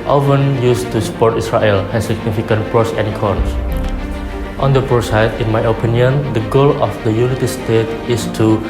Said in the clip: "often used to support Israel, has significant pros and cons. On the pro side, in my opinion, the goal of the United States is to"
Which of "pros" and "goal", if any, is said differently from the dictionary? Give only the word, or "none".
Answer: pros